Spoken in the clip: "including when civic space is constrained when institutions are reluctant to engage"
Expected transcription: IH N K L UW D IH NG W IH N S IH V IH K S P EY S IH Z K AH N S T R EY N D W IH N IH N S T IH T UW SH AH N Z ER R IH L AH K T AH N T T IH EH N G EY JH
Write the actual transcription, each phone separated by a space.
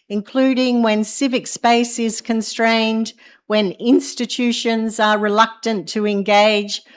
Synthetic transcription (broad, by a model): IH N K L UW D IH NG W IH N S IH V IH K S P EY S IH Z K AH N S T R EY N D W IH N IH N S T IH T UW SH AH N Z ER R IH L AH K T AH N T T IH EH N G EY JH